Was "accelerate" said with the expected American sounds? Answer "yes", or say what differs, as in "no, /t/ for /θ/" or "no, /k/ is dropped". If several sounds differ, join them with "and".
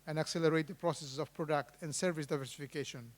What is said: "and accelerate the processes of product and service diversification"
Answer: yes